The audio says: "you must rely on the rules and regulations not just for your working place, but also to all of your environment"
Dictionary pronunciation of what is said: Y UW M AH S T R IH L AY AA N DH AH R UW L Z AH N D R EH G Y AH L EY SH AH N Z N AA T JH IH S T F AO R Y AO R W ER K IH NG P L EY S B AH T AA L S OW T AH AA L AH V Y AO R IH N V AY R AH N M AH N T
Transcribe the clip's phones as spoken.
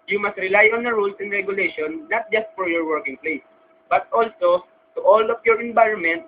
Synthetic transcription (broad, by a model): Y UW M AH S T R IH L AY AA N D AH R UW L S AH N D R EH G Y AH L EY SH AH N N AA T JH IH S T F AO R Y AO R W ER K IH NG P L EY S B AH T AA L S OW T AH AA L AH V Y AO R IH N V AY R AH N M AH N T